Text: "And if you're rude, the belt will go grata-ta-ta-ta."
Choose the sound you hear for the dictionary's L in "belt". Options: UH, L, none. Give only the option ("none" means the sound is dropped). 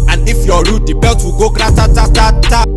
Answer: none